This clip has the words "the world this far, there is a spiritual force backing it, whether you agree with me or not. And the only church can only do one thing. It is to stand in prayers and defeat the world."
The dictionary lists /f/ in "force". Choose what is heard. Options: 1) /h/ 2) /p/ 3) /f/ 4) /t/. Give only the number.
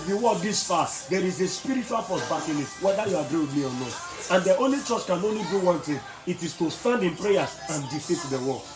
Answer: 2